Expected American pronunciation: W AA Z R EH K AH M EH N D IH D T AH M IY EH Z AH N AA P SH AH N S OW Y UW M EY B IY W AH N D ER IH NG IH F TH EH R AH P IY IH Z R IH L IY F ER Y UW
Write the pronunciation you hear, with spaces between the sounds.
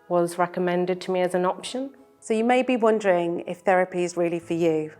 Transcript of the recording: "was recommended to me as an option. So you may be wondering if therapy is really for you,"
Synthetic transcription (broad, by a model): W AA Z R EH K AH M EH N D IH D T AH M IY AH Z AH N AA P SH AH N S OW Y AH M EY B IY W AH N D ER IH NG IH F TH EH R AH P IY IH Z R IH L IY F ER Y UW